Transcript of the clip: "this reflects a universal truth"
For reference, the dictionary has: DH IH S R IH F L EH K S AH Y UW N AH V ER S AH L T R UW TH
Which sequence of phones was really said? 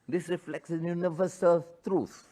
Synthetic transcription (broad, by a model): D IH S R IH F L EH K S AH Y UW N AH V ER S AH L T R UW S